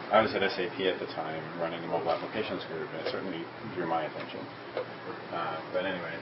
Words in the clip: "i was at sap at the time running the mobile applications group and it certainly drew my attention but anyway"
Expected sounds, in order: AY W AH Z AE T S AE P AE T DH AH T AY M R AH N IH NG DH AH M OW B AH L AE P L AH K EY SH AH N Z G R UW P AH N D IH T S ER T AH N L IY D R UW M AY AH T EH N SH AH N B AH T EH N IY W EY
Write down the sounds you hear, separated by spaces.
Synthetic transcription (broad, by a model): AY W AH Z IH T S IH P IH T DH AH T AY M R AH N IH NG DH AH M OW AH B AE P L AH K EY SH AH N Z G R UW P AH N IH T S ER T N L IY D R UW M AY AH T EH N SH AH N B AH T EH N IY W EY